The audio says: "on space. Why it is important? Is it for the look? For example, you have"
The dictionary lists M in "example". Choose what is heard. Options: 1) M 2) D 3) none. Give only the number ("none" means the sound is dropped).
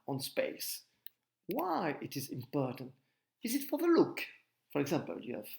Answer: 1